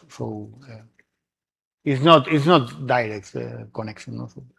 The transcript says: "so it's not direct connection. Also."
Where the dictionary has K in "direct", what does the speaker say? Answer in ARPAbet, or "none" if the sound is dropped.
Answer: K